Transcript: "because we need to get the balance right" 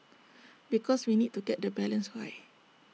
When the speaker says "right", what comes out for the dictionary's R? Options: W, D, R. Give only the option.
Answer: W